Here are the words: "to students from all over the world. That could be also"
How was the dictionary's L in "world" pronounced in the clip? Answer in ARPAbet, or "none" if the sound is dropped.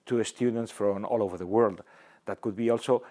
L